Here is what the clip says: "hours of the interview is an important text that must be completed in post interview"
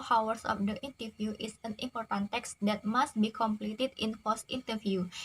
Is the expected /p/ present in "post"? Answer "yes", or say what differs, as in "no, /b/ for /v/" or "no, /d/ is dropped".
no, /f/ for /p/